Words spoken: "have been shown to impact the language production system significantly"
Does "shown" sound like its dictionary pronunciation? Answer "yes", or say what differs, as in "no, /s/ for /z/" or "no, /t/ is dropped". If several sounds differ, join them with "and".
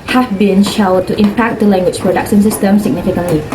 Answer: no, /l/ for /n/